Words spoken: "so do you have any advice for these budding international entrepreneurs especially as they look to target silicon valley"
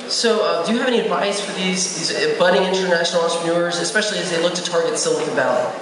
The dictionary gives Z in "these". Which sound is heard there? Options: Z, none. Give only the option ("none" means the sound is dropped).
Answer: Z